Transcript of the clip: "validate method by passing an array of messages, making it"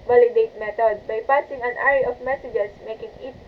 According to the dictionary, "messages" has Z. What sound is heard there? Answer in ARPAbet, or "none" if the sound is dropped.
S